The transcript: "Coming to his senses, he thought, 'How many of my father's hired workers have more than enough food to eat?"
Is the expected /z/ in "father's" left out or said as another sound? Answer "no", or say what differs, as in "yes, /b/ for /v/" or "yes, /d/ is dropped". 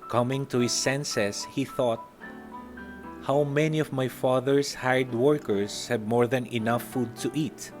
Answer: yes, /s/ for /z/